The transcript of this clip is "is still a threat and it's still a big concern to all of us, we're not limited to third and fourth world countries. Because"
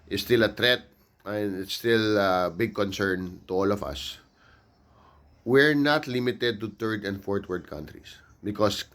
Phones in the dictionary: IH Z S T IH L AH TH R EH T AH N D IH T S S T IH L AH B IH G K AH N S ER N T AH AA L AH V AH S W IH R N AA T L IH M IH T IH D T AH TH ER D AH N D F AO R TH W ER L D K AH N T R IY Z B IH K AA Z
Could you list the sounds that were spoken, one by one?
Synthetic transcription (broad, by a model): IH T S T IH L AH T R EH T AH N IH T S S T IH L AH B IH G K AH N S ER N T AH AA L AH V AH S W IH R N AA T L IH M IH T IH D T AH T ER D AH N D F AO R T W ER D K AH N T R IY S B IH K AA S